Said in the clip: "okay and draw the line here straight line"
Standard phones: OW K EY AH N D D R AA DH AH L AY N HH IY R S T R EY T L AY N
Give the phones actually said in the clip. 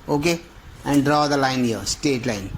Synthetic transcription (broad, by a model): OW K EY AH N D D R AA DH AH L AY N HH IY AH S T EY T L AY N